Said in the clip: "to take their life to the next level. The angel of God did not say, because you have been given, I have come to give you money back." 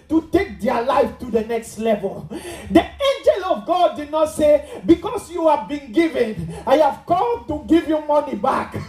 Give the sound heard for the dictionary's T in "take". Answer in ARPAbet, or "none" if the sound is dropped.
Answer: T